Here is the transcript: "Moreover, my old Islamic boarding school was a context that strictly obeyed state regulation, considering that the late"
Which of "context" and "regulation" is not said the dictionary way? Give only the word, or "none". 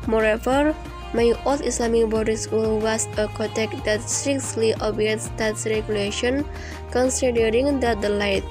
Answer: context